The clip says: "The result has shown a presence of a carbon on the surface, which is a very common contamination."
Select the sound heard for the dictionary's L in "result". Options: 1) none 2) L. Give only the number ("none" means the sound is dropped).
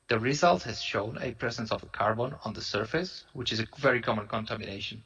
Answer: 2